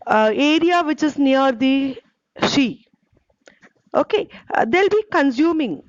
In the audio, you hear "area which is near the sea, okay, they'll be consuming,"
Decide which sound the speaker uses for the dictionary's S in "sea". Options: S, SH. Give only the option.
SH